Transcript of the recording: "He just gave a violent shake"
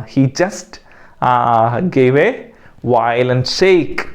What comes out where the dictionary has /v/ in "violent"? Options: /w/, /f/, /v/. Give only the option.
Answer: /w/